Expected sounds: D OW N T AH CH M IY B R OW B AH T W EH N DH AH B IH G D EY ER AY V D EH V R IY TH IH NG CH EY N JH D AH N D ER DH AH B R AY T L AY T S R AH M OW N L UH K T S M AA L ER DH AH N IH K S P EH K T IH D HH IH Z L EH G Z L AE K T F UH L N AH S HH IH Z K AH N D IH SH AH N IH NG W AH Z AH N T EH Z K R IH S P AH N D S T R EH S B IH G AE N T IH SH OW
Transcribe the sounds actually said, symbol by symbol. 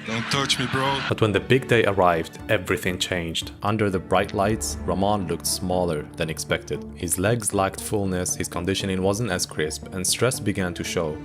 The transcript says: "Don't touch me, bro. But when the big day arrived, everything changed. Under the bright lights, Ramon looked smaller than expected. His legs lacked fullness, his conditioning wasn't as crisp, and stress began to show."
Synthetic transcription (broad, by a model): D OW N T AH CH M IY B R OW B AH T W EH N DH AH B IH G D EY ER AY V D EH V R IY TH IH NG CH EY N JH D AH N D ER DH AH B R AY T L AY T S R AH M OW N L UH K T S M AA L ER DH AH N IH K S P EH K T IH D HH IH Z L EH G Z L AE K T F UH L N AH S HH IH Z K AH N D IH SH AH N IH NG W AH Z AH N T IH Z K R IH S P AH N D S T R EH S B IH G AE N T IH SH OW